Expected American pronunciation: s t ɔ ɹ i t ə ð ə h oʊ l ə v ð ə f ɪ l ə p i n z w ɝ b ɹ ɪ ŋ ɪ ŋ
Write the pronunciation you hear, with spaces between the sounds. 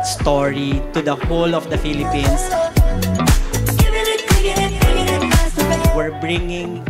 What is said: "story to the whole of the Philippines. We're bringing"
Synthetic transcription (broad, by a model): s t ɔ ɹ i t ə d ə h oʊ l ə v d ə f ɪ l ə p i n s w ɝ b ɹ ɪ ŋ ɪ ŋ